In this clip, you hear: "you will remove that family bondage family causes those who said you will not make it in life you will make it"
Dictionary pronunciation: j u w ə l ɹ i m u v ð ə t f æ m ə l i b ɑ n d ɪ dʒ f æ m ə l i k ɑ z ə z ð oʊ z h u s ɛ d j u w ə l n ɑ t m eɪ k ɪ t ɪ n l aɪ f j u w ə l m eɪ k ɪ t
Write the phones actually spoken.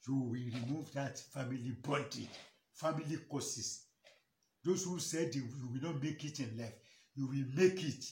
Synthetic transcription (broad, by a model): j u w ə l ɹ i m u v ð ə t f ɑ m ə l i b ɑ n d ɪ f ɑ m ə l i k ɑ s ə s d oʊ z h u s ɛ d j u w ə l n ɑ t m eɪ k ɪ t ɪ n l aɪ f j u w ə l m eɪ k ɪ t